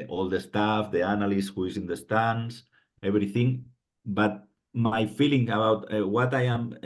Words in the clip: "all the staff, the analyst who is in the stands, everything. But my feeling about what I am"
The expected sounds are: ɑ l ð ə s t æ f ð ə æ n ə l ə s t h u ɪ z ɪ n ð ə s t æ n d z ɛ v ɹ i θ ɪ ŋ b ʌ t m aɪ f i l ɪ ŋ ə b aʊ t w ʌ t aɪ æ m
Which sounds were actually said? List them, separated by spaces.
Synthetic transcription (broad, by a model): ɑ l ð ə s t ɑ f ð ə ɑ n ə l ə s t h u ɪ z ɪ n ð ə s t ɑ n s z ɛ b ɹ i θ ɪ ŋ b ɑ t m aɪ f i l ɪ ŋ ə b aʊ t w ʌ t aɪ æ m